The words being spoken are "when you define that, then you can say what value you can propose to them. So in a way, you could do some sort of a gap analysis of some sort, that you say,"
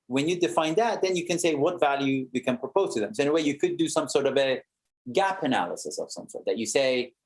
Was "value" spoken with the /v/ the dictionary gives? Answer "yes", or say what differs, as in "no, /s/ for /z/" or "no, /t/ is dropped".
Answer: yes